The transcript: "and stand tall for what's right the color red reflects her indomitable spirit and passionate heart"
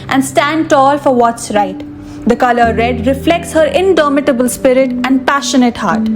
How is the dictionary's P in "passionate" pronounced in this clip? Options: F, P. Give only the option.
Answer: P